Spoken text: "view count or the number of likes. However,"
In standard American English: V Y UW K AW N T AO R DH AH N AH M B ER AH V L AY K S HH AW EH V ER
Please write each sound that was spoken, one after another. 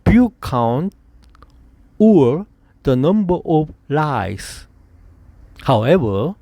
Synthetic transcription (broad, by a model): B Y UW K AW N T AO R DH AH N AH M B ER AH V L AY S HH AW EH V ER